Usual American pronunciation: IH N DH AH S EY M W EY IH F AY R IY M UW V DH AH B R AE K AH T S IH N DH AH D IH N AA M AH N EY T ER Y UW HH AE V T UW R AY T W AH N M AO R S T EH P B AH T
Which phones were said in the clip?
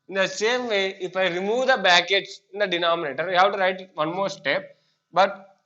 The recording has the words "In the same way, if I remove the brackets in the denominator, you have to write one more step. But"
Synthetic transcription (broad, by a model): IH N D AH S EY M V EY IH F AY R IY M UW V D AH B AE K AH T S IH N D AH D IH N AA M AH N EY T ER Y HH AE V T UW R AY T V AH N M AO R S T EH P B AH T